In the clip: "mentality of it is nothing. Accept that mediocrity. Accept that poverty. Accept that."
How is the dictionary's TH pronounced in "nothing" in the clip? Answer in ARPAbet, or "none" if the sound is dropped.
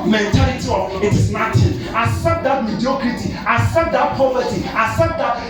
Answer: T